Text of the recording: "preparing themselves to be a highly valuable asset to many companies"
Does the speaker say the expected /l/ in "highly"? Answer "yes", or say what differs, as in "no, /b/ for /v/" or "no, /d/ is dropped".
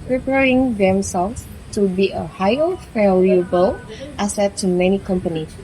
no, /l/ is dropped